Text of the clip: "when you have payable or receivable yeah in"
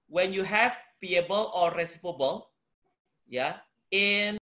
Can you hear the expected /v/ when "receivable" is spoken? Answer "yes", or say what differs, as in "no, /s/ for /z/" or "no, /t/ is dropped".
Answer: no, /p/ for /v/